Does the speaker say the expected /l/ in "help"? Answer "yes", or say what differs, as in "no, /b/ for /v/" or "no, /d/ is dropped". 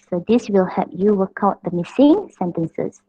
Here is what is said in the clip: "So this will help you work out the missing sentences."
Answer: no, /l/ is dropped